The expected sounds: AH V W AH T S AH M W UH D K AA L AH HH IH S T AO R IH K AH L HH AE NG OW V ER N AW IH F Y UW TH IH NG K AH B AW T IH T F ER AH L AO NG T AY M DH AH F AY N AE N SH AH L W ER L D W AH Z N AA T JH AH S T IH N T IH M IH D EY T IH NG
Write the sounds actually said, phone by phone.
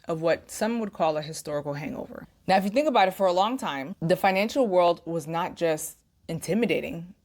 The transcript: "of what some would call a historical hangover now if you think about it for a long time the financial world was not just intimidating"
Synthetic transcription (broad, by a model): AH V W AH T S AH M W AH D K AA L AH HH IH S T AO R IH K L HH AE NG OW V ER N AW IH F Y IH TH IH NG K AH B AW T IH T F ER AH L AO NG T AY M DH AH F AY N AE N SH L W ER L D W AH Z N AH T JH AH S T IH N T IH M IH D EY T IH NG